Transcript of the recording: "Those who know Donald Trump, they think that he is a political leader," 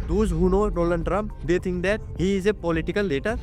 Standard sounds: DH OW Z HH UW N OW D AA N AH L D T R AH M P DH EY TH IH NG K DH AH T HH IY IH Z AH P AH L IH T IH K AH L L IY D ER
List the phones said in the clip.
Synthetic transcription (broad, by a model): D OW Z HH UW N OW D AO L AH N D T R AH M P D EY T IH NG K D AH T HH IY IH Z AH P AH L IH T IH K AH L L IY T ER